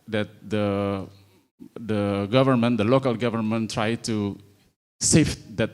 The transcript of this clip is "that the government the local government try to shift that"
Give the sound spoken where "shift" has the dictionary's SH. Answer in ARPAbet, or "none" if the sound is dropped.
S